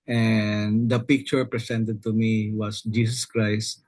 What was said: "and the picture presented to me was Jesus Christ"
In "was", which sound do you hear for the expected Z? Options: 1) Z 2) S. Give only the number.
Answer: 2